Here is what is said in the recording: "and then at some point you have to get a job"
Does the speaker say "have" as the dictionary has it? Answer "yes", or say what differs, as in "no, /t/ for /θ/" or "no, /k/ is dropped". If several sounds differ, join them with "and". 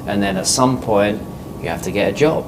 no, /f/ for /v/